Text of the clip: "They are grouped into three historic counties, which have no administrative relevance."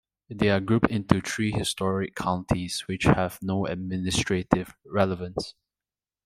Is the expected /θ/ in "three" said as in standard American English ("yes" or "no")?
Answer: no